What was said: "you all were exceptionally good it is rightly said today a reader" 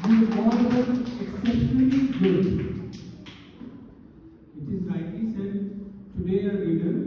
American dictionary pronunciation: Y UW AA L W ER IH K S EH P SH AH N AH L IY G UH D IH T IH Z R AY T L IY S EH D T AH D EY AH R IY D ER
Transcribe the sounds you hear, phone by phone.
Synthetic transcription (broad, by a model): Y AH AA L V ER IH K S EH P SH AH N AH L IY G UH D IH T IH Z L AY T L IY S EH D T AH D EY AH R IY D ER